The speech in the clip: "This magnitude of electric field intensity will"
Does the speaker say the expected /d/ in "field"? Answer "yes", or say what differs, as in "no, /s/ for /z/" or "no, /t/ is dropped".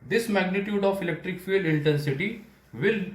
no, /d/ is dropped